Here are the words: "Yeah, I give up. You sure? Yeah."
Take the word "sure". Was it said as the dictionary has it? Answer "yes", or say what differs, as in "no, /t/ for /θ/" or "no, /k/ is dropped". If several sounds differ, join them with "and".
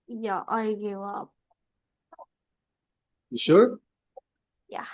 yes